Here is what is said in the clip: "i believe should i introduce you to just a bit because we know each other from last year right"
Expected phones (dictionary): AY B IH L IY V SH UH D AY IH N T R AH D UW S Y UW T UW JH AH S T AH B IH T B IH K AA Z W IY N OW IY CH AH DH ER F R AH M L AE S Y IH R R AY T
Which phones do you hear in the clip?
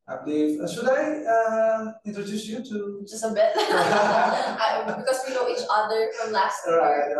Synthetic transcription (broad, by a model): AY B IH L IY V S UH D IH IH N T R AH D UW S Y UW T UW JH AH S T AH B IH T B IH K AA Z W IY N OW IY CH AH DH ER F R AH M L AE S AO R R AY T